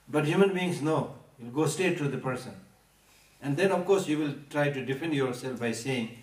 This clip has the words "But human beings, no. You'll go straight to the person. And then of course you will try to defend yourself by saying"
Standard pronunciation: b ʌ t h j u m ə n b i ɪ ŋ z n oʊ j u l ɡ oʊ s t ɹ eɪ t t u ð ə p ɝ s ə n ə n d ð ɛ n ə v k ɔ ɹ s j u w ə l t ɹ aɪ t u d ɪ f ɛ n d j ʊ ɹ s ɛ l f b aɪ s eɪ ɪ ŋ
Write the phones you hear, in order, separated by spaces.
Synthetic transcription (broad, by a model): b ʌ t h j u m ə n b i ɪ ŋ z n oʊ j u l ɡ oʊ s t eɪ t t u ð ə p ɝ s ə n ə n d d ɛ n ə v k ɔ ɹ s j u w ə l t ɹ aɪ t u d ɪ f ɛ n d j ʊ ɹ s ɛ l f b aɪ s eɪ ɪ ŋ